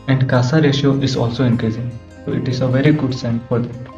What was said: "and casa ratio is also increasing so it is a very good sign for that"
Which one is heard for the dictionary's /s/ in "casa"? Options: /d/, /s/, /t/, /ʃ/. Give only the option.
/s/